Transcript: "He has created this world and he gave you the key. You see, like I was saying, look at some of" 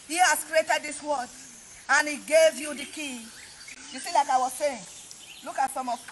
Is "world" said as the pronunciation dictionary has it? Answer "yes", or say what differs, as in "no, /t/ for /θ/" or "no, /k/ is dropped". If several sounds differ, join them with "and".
no, /l/ is dropped